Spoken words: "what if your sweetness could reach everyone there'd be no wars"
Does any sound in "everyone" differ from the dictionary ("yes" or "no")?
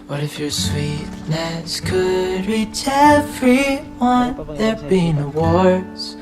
yes